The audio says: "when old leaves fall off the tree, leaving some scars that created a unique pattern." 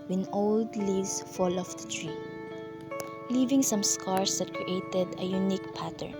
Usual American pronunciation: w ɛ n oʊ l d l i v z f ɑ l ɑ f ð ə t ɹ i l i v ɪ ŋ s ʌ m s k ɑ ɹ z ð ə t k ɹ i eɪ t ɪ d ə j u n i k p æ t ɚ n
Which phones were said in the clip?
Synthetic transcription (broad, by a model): w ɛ n oʊ l d l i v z f ɑ l ɑ f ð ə t ɹ i l i v ɪ ŋ s ʌ m s k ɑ ɹ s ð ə t k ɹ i eɪ t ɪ d ə j u n i k p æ t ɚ n